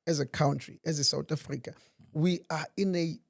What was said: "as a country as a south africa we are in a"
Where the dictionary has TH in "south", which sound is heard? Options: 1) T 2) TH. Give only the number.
1